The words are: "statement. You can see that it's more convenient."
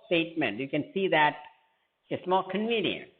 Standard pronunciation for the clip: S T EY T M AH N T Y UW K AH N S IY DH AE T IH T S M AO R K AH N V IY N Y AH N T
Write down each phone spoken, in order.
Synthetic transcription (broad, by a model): S T EY T M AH N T Y UW K AH N S IY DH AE T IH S M AO L K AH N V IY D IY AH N